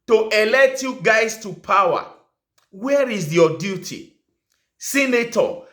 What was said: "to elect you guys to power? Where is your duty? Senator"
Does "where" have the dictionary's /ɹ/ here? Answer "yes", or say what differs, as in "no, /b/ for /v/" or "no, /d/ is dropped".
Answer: yes